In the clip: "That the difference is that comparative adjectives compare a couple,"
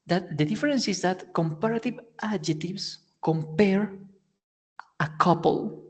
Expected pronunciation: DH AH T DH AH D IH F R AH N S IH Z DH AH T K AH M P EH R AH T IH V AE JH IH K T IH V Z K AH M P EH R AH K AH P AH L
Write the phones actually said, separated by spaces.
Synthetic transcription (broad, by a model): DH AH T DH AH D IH F R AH N S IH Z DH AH T K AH M P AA R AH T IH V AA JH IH T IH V S K AH M P EH R AH K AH P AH L